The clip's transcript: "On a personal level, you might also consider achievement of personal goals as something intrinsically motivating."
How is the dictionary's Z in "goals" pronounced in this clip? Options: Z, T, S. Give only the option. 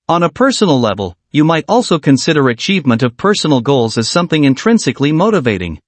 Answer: Z